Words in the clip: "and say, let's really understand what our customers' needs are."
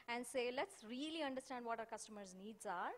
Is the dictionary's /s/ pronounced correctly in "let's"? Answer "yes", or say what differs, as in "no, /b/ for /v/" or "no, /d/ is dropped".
yes